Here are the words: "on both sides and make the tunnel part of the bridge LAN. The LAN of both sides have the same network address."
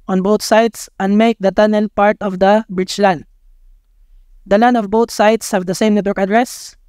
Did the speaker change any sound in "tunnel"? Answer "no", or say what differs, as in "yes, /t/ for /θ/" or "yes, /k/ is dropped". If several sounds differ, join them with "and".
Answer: no